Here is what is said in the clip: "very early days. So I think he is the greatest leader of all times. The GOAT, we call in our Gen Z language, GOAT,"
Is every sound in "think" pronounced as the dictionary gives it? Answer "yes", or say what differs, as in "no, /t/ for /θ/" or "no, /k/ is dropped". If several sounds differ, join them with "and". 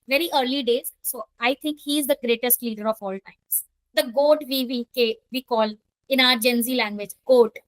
no, /t/ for /θ/